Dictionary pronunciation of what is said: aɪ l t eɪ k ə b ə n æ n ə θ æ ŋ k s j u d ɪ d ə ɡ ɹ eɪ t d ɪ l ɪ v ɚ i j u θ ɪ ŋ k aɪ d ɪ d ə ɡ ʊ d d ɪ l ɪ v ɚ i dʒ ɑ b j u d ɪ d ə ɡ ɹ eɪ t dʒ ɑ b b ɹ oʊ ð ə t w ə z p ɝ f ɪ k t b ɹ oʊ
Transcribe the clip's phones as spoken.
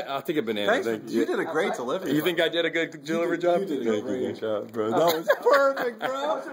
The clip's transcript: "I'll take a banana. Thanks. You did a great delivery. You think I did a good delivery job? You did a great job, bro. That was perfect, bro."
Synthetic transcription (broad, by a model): aɪ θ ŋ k ə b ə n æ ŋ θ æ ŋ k j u d ɪ d ə ɡ ɹ eɪ t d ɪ l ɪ v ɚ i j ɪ θ ɪ ŋ k aɪ d ɪ d ə ɡ ʊ d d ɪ l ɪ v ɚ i dʒ ɑ b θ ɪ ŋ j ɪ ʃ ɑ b b ɹ oʊ ð ə t w ə z p ɝ f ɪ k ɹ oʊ